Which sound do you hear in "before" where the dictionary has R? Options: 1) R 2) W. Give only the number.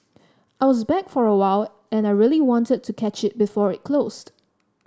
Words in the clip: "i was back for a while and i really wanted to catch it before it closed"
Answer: 1